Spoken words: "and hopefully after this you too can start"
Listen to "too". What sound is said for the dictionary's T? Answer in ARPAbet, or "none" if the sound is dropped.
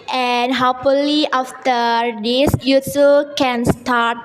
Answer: S